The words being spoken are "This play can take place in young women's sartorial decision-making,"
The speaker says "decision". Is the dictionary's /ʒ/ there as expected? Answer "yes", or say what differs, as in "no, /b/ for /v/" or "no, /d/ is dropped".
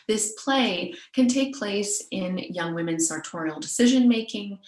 yes